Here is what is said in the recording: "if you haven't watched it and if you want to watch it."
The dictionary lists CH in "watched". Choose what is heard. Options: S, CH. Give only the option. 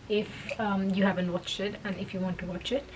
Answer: CH